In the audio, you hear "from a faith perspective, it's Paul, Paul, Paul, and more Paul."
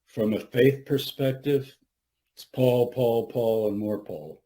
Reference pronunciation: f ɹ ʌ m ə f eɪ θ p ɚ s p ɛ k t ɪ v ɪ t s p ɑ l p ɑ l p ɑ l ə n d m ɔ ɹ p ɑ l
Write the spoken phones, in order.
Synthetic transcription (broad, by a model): f ɹ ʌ m ə f eɪ θ p ɚ s p ɛ k t ɪ v ɪ t s p ɑ l p ɑ l p ɑ l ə n m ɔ ɹ p ɑ l